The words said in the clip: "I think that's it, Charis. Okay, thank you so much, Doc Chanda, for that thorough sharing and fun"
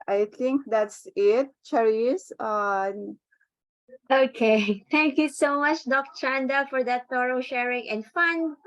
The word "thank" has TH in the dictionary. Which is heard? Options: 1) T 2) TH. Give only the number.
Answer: 1